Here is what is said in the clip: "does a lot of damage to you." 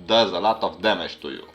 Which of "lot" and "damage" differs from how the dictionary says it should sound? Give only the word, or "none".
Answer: damage